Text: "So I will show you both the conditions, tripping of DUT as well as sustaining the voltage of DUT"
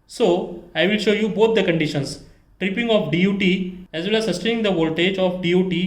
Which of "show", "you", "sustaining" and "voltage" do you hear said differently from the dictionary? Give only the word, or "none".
none